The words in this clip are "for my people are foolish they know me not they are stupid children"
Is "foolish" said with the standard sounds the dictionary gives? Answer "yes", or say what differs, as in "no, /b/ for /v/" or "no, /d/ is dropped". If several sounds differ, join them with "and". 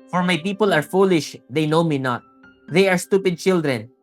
yes